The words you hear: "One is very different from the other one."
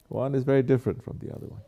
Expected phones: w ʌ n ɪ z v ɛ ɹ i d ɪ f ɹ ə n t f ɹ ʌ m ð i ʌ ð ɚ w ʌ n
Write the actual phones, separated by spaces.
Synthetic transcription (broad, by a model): w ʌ n ɪ z v ɛ ɹ i d ɪ f ɹ ə n t f ɹ ʌ m ð i ʌ ð ɚ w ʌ n